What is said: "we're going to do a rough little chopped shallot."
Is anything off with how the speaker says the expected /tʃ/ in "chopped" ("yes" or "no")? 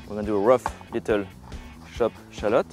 yes